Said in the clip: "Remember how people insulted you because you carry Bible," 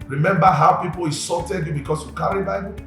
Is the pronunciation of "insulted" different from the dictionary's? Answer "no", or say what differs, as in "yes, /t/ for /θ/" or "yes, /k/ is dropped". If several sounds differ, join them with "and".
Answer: yes, /n/ is dropped